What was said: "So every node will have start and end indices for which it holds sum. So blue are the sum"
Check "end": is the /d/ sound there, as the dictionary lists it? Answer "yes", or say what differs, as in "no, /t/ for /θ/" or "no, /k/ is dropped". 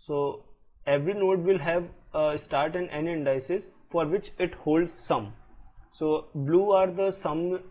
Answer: no, /d/ is dropped